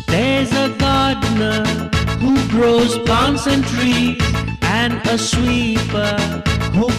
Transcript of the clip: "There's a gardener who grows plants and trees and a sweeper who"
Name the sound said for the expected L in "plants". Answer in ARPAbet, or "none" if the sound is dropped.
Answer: none